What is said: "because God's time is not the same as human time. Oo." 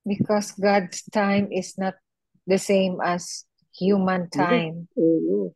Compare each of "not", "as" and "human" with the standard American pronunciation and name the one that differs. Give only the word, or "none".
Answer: as